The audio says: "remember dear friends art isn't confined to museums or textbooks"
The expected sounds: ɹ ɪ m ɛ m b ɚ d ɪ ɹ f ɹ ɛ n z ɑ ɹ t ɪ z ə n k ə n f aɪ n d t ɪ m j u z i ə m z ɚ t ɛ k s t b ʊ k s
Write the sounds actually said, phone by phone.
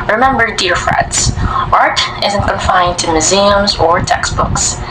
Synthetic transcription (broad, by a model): ɹ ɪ m ɛ m b ɚ d ɪ ɹ f ɹ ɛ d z ɑ ɹ t ɪ z ə n k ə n f aɪ n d t ɪ m j u z i ə m z ɚ t ɛ k s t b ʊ k s